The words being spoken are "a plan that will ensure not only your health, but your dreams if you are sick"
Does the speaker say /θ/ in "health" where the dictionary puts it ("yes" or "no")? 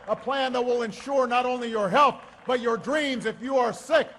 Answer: yes